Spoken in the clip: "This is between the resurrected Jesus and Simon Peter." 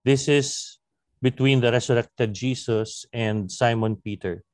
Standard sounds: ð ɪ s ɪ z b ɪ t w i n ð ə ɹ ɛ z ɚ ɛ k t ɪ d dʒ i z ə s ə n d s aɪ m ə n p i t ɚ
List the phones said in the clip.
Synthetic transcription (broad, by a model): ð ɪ s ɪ s b ɪ t w i n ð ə ɹ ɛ s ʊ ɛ k t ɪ d dʒ i s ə s ə n d s aɪ m ə n p i t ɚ